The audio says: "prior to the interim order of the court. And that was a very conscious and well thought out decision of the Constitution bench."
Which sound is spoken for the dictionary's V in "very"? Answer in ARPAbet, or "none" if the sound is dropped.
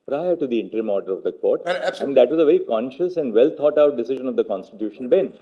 V